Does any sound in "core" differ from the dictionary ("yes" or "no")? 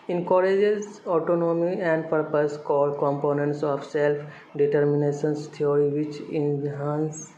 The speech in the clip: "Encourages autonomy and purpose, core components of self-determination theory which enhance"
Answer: yes